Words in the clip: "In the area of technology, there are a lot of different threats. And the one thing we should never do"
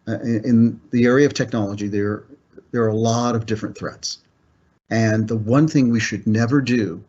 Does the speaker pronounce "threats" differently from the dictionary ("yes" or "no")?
no